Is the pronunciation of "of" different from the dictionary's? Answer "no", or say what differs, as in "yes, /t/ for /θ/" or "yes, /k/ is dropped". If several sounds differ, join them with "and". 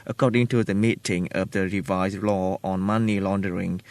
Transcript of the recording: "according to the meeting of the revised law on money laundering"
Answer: no